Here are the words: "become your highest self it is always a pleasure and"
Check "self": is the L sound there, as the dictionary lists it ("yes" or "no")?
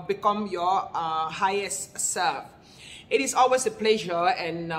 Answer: no